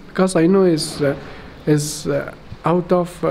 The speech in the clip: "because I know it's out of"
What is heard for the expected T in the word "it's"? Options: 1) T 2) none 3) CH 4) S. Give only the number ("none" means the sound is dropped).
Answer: 4